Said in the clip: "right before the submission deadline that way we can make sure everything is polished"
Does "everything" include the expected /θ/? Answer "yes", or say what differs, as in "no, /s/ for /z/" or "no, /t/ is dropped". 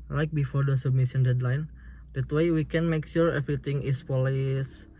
no, /t/ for /θ/